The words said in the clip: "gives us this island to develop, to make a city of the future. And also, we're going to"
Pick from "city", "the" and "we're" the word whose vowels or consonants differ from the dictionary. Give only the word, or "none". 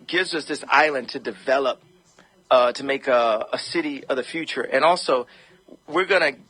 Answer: none